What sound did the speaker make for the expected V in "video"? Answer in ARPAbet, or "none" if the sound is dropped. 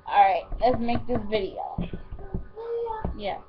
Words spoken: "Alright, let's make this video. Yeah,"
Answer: V